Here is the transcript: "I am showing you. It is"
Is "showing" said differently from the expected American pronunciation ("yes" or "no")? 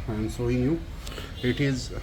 yes